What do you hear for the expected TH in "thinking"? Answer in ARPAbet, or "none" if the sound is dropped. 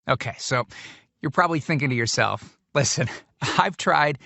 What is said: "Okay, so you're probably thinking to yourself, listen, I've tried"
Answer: TH